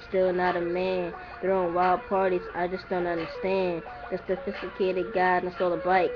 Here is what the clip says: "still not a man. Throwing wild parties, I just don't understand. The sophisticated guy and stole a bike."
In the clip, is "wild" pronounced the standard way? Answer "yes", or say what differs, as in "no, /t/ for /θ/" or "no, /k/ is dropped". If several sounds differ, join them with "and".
yes